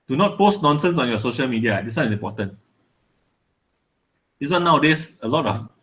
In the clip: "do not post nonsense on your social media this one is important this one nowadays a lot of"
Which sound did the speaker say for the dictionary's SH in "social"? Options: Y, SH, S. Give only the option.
SH